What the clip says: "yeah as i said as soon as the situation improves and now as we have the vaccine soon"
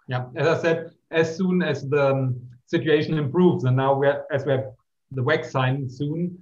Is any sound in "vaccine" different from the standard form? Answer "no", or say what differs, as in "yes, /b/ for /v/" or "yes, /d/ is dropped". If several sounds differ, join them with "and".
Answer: yes, /w/ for /v/